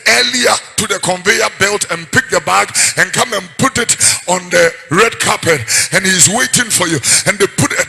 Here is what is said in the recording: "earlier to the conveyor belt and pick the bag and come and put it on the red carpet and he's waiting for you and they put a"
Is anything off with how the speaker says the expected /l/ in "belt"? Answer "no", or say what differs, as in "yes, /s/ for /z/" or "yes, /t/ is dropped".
no